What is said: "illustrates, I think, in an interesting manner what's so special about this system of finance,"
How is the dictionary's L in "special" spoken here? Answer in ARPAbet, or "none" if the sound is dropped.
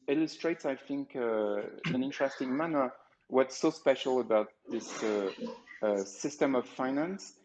L